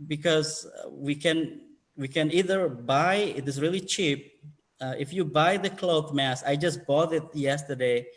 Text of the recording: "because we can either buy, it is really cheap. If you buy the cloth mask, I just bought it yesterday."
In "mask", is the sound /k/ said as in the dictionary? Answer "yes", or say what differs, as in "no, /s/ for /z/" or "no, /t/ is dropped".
no, /k/ is dropped